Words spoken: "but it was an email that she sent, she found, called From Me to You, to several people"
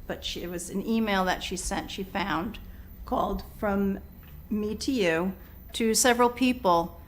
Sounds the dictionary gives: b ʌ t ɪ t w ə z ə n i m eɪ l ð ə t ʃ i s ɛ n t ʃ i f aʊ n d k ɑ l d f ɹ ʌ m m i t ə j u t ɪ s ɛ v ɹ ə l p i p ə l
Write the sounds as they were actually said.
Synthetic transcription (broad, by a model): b ʌ t ɪ t w ə z ə n i m eɪ l ð ə t ʃ i s ɛ n t ʃ i f aʊ n d k ɑ l d f ɹ ʌ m m i t ə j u t ɪ s ɛ v ɹ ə l p i p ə l